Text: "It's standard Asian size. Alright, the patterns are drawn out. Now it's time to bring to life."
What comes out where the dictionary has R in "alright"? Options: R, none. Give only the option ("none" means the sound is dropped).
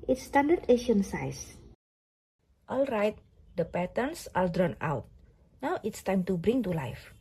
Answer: R